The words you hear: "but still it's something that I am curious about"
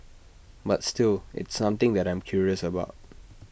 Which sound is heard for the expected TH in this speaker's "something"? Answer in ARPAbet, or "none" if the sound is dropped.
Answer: T